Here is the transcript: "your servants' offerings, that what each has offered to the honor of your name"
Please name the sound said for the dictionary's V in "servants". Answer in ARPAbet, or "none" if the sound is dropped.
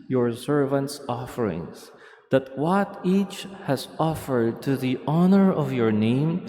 V